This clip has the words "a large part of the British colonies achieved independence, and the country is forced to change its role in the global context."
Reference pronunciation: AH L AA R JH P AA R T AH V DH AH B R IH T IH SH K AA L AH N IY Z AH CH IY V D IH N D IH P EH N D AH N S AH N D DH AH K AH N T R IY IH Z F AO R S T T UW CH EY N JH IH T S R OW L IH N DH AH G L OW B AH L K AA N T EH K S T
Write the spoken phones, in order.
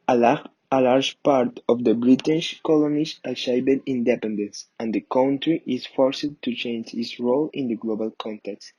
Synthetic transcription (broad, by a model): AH L AA R JH P AA R T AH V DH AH B R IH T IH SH K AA L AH N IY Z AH SH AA B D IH N D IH P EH N D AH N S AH N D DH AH K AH N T R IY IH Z F AO R S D T UW CH EY N JH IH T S R OW L IH N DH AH G L OW B AH L K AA N T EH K S T